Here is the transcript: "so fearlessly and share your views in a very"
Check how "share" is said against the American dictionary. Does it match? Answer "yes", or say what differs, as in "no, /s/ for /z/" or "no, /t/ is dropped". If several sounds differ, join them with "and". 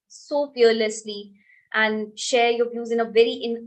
yes